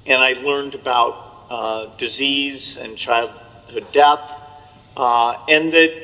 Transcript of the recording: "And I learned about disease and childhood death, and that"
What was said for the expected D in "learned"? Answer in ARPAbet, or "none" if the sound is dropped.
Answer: D